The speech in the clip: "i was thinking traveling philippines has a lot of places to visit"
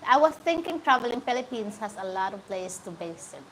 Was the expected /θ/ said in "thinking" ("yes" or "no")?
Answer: no